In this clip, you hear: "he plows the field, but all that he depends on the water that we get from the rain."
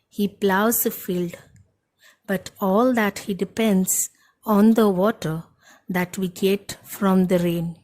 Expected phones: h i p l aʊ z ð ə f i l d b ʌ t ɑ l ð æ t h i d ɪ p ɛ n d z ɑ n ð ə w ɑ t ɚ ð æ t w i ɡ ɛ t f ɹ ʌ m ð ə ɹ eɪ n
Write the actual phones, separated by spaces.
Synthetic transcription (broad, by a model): h i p l aʊ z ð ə f i l d b ʌ t ɑ l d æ t h i d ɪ p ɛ n d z ɑ n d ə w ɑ t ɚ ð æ t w i ɡ ɛ t f ɹ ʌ m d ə ɹ eɪ n